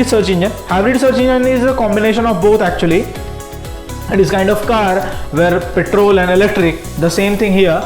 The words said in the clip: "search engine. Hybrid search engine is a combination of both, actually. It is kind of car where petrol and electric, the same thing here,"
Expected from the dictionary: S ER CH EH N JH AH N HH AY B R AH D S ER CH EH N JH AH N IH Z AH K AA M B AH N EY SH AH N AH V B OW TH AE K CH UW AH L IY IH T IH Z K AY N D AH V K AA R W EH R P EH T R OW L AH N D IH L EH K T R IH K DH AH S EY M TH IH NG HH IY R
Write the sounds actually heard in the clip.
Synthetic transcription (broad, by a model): S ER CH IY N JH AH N HH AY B R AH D S ER CH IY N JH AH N IH Z AH K AA M B AH N EY SH AH N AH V B OW T AE K CH UW AH L IY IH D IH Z K AY N D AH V K AA R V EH R P EH T R OW L AH N D IH L EH K T R IH K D AH S EY M T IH NG HH IY R